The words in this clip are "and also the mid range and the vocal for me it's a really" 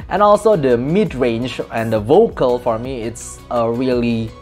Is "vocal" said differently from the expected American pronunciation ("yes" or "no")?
no